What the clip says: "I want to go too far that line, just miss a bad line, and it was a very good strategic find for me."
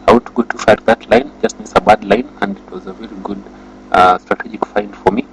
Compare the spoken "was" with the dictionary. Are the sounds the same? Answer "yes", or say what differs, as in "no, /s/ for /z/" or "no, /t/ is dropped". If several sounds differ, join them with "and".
yes